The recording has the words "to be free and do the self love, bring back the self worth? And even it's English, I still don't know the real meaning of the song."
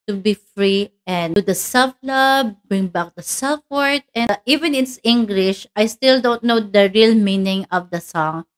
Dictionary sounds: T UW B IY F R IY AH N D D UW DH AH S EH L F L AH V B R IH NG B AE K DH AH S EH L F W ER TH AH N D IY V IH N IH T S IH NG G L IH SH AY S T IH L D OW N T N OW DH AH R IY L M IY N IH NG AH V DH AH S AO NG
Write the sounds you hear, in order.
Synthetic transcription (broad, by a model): T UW B IY F R IY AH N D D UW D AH S EH L F L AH B B R IH NG B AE K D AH S EH L F W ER T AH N IY V IH N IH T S IH NG G L IH SH AY S T IH L D OW N T N OW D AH R IY L M IY N IH NG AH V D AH S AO NG